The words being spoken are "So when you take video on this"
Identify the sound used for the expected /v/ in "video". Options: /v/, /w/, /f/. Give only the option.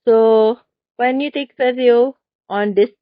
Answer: /f/